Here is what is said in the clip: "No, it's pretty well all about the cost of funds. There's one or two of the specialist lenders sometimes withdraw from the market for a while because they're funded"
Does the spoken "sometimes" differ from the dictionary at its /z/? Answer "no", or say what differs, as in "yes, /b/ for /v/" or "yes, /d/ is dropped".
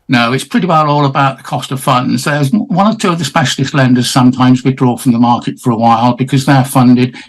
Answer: no